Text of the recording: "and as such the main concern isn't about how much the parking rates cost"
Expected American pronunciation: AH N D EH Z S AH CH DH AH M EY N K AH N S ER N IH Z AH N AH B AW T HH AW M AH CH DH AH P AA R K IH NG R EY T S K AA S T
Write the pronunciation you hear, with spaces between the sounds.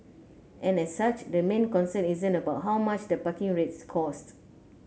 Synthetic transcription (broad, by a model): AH N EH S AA CH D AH M EY N K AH N S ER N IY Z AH N AH B AW T HH AW M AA CH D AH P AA K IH NG R EY T S K AA S T